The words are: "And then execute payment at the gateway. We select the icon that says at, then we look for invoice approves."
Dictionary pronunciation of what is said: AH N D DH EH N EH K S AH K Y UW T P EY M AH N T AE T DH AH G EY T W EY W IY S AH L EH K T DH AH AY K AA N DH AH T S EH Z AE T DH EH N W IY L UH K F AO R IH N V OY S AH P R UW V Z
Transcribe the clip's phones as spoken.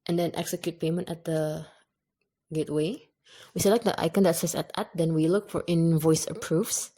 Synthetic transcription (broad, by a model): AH N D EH N EH K S AH K Y UW T P EY M AH N T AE T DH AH G EY T W EY W IY S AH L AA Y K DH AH AY K AA N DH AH T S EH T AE T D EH N W IY L UH K F AO R IH N V OY S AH P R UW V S